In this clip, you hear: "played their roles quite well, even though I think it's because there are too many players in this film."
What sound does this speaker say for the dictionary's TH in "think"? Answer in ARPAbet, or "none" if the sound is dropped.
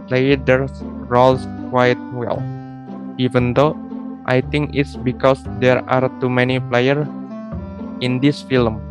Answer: T